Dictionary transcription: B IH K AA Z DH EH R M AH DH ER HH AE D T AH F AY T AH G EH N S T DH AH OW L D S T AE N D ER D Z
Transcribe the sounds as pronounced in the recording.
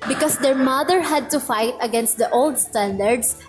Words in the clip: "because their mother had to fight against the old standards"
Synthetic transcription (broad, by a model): B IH K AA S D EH R M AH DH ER HH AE D T AH F AY T AH G EH N S T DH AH OW L D S T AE N D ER D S